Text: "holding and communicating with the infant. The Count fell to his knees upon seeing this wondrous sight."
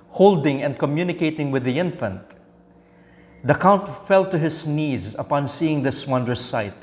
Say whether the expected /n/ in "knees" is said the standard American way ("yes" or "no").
yes